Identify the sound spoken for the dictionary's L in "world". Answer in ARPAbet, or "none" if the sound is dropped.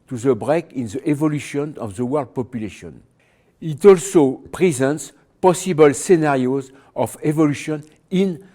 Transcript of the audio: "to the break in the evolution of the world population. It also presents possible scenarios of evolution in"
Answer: L